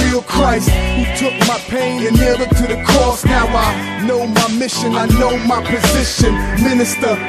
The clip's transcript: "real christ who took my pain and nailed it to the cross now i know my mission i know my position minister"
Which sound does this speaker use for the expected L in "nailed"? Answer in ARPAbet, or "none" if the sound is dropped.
none